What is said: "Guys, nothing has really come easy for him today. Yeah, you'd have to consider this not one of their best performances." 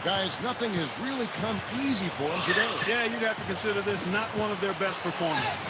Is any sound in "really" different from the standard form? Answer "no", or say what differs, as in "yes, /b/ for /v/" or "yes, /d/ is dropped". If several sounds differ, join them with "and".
no